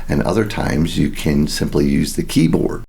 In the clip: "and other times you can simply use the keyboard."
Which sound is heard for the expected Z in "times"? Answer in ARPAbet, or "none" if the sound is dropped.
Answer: Z